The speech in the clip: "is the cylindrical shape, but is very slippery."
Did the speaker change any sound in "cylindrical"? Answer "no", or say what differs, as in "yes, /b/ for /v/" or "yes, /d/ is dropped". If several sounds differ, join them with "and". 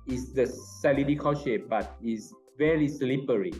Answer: yes, /n/ is dropped